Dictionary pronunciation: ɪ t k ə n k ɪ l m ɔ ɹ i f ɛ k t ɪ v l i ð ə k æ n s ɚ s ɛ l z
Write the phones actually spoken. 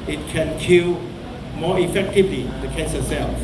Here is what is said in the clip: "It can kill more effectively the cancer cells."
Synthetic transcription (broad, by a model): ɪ t k ə n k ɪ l m ɔ i f ɛ k t ɪ v l i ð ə k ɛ s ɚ s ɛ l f